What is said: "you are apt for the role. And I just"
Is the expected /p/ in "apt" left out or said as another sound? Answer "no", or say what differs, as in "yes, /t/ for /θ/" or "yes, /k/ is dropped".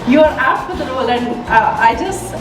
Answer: yes, /f/ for /p/